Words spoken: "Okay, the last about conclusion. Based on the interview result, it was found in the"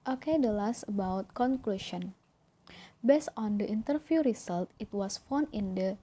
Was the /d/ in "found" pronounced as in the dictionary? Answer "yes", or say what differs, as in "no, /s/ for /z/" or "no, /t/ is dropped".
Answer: no, /d/ is dropped